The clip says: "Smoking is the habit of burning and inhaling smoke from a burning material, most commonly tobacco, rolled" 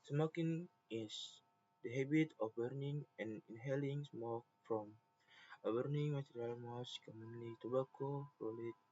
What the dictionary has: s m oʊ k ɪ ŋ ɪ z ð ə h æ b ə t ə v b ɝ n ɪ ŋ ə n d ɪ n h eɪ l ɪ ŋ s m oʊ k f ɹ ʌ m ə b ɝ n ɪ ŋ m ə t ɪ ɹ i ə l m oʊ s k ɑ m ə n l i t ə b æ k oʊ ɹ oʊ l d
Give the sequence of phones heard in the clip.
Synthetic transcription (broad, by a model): s m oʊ k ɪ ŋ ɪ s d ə h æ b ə t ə f b ɝ n ɪ ŋ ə n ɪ n h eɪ l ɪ ŋ s m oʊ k f ɹ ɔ m ə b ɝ n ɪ ŋ m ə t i ɹ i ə l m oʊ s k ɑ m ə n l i t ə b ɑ k oʊ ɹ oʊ l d